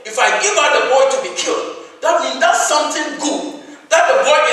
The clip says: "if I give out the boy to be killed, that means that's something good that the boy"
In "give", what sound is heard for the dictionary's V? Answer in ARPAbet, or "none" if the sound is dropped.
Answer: V